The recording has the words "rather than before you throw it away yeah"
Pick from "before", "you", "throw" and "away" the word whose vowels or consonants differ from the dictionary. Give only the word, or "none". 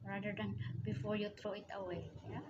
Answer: throw